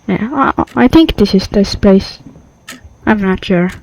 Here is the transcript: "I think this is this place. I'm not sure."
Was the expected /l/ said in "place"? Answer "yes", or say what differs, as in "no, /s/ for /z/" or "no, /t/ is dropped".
no, /l/ is dropped